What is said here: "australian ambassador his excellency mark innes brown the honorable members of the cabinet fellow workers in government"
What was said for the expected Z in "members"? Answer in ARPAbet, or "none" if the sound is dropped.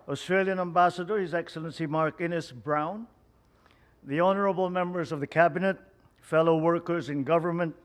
Z